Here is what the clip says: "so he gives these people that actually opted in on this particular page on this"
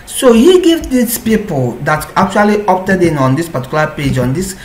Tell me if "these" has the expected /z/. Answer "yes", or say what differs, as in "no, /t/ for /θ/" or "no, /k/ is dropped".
no, /s/ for /z/